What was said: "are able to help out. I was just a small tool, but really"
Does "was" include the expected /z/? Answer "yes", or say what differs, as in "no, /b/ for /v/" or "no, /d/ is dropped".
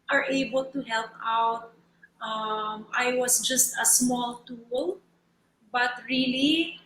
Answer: no, /s/ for /z/